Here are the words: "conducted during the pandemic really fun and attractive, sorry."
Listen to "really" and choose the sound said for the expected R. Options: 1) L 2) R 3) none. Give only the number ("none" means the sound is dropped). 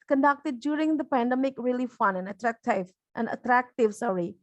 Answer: 2